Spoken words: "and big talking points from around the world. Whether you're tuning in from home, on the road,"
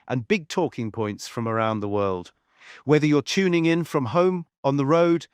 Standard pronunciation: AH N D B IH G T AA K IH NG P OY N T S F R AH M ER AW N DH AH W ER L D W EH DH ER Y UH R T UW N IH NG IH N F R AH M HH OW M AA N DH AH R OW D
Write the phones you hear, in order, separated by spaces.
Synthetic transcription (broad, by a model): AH N B IH G T AA K IH NG P OY N T S F R AH M ER AW N DH AH W ER L D W EH DH ER Y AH R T UW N IH NG IH N F R AH M HH OW M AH N DH AH R OW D